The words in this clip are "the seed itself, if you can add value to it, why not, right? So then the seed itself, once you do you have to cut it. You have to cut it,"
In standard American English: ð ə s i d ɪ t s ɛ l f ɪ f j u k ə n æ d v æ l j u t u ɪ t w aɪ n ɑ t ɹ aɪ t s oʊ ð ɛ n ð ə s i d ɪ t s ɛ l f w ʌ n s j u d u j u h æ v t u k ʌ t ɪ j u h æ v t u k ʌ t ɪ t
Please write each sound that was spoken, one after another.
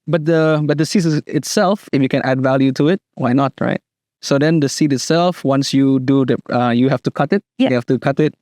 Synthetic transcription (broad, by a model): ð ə s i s ɪ t s ɛ l f ɪ f j u k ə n æ d v æ l j u t u ɪ t w aɪ n ɑ t ɹ aɪ t s oʊ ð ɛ n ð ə s i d ɪ t s ɛ l f w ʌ n s j u d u j u h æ f t u k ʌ t ɪ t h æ f t u k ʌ t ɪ t